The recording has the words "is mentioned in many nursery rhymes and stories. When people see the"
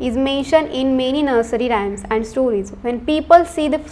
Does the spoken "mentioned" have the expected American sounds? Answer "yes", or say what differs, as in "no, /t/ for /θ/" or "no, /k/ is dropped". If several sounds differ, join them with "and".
yes